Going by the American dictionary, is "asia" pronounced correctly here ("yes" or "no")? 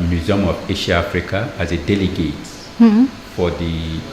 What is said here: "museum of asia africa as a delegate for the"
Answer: no